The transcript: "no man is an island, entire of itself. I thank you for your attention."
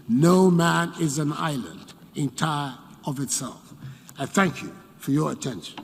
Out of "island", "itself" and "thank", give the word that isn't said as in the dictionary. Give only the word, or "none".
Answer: none